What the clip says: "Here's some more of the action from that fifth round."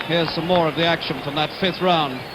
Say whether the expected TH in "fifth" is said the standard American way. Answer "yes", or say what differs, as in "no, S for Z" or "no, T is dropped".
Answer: yes